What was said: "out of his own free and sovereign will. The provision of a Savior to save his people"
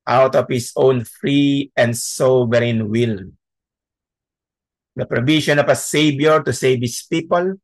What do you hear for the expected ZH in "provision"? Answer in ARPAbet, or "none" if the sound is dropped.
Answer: SH